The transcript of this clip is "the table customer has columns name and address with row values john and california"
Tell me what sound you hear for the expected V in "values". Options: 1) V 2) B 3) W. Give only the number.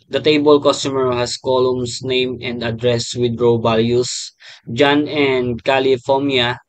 2